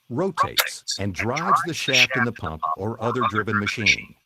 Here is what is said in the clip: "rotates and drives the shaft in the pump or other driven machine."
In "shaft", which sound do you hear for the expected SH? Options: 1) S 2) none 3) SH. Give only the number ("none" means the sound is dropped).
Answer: 3